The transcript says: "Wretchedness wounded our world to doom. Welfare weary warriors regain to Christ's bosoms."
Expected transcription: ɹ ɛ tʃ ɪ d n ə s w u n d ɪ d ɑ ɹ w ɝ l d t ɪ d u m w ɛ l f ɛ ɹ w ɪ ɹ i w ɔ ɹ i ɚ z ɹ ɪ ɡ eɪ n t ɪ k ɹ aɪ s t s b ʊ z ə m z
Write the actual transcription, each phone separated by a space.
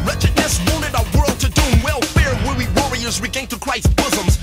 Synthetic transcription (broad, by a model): ɹ ɛ tʃ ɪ d n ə s w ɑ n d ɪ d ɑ w ɝ l d t ɪ d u w ɛ l f ɛ ɹ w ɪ w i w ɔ ɹ i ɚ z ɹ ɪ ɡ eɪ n t ɪ k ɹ aɪ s s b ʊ z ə m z